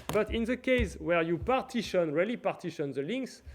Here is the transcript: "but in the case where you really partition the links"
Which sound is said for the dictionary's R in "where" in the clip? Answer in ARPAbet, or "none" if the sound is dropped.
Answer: R